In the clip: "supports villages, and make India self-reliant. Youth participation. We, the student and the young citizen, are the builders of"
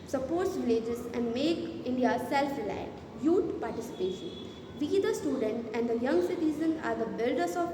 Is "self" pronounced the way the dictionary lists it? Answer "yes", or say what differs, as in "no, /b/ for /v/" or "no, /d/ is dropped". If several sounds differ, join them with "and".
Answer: yes